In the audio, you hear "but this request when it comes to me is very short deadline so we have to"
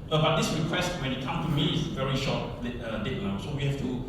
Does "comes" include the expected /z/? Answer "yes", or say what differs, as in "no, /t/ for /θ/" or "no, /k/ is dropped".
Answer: no, /z/ is dropped